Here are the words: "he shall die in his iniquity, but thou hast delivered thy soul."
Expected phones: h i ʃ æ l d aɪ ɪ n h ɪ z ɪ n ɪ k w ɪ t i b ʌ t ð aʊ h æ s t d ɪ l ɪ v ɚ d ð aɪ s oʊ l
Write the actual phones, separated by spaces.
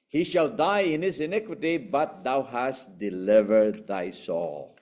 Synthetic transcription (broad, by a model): h i ʃ æ l d aɪ ɪ n h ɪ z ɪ n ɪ k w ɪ t i b ʌ t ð aʊ h æ s t d ɪ l ɪ v ɚ d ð aɪ s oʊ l